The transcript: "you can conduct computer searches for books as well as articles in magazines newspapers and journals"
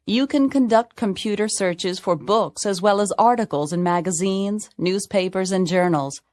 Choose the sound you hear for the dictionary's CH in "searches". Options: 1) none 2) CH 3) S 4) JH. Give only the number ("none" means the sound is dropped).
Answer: 2